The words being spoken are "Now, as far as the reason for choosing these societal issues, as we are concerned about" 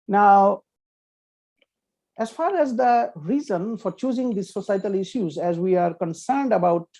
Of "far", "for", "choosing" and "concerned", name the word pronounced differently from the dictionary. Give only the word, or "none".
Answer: none